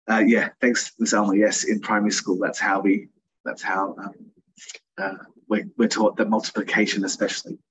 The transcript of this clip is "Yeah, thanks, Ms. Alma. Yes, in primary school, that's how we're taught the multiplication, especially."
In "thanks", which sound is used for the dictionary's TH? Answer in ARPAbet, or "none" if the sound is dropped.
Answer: TH